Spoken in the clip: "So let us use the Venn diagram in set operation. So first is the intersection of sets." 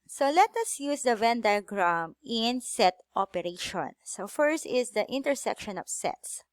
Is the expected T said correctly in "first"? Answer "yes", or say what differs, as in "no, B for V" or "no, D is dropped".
yes